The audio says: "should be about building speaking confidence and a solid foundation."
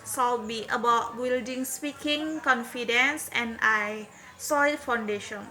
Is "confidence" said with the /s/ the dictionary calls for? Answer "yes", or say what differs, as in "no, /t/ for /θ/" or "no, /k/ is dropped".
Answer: yes